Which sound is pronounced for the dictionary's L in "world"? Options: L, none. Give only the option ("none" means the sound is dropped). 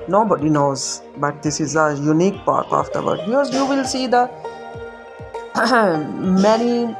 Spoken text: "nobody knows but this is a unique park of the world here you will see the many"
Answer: none